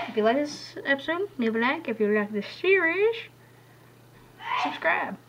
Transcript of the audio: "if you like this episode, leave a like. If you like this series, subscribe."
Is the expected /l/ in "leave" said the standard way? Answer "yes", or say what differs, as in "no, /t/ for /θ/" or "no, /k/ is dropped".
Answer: no, /n/ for /l/